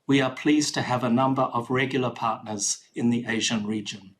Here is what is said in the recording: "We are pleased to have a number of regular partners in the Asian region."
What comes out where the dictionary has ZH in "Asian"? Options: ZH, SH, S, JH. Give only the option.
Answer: ZH